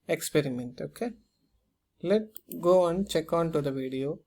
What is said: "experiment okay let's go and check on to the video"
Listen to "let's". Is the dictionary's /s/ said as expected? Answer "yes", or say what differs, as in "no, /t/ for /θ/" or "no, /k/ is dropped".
no, /s/ is dropped